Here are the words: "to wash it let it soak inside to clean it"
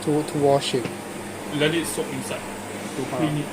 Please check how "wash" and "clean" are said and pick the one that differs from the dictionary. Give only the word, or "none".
clean